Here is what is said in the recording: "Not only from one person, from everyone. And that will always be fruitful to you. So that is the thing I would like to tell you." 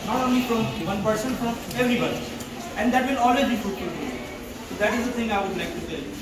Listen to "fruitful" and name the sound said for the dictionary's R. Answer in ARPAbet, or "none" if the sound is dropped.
none